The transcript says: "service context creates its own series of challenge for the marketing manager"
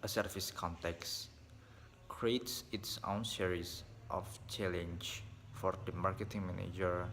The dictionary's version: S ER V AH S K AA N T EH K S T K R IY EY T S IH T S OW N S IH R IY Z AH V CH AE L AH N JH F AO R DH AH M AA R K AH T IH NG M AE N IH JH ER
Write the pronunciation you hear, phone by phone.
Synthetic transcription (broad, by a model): S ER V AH S K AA N T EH K S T K R IY EY T S IH T S OW N S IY R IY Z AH F CH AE L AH N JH F AO R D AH M AA R K AH T IH NG M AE N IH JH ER